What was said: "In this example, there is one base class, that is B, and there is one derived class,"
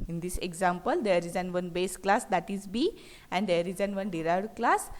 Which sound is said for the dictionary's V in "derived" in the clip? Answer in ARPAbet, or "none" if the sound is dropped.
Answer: none